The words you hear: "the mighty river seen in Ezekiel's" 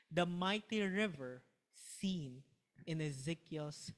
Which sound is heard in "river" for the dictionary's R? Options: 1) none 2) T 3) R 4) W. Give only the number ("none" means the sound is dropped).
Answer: 3